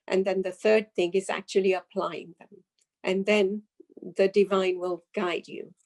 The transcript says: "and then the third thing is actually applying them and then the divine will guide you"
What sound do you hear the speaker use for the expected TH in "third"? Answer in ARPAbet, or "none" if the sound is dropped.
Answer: TH